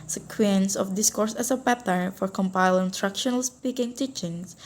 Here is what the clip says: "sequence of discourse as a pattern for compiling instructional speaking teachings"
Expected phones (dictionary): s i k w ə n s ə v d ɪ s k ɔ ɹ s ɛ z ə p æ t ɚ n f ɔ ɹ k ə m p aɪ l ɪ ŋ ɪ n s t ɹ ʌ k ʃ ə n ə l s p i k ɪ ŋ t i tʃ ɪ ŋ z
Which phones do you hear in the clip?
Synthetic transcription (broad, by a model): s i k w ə n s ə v d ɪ s k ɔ ɹ s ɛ s ə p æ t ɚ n f ɔ ɹ k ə m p aɪ l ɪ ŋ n t ɹ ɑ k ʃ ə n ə l s p i k ɪ ŋ t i tʃ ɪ ŋ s